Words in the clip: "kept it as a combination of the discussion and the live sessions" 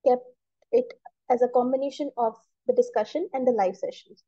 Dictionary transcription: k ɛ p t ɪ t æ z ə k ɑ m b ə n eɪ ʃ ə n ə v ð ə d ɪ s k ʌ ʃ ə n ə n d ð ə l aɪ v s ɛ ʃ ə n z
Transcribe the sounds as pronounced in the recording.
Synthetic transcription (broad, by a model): k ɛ p t ɪ t æ z ə k ɑ m b ə n eɪ ʃ ə n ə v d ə d ɪ s k ʌ ʃ ə n ə n d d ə l aɪ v s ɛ ʃ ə n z